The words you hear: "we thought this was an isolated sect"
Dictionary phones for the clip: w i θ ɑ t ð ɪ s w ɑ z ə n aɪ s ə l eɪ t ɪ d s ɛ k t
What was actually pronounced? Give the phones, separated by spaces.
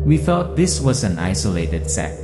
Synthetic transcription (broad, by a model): w i f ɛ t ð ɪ s w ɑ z ə n aɪ s ə l eɪ t ɪ d s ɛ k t